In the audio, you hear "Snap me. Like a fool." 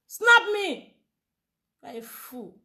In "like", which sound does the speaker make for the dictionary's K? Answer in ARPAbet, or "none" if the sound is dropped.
none